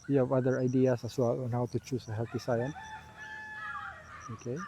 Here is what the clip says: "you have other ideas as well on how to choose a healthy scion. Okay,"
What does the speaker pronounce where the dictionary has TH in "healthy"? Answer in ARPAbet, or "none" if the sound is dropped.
T